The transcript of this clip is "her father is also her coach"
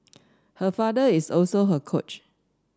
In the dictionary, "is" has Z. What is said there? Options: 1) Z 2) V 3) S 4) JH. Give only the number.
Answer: 3